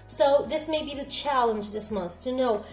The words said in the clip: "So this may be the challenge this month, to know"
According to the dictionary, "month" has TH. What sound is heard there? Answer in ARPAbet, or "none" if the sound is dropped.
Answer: TH